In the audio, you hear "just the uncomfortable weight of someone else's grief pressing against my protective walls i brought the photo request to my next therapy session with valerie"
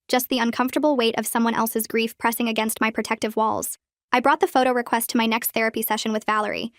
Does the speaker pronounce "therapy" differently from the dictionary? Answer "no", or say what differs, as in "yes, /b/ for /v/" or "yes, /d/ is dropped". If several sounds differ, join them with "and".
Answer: no